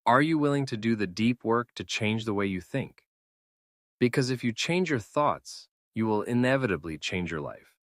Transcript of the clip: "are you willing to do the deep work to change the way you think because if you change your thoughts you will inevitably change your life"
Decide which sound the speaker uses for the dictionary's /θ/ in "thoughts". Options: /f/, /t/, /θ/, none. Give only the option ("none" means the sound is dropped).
/θ/